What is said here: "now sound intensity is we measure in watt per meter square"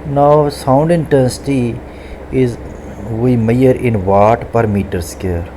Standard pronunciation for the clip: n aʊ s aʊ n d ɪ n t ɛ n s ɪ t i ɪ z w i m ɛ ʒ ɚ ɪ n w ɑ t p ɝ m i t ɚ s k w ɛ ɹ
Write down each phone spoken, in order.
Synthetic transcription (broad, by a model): n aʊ s aʊ n d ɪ n t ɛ n s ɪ t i ɪ z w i m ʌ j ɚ ɪ n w ɑ t p ɝ m i t ɚ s k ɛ ɹ